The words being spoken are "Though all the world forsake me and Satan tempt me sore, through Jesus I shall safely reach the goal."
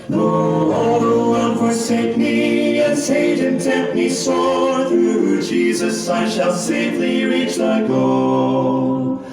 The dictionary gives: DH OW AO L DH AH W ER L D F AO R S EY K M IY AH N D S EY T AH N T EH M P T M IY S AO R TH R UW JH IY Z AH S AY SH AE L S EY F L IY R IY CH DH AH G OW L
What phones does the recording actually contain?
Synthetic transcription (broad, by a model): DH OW AO L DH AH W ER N F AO R S EY K M IY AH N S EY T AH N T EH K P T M IY S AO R TH R UW JH IY Z AH S AY SH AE L S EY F L IY R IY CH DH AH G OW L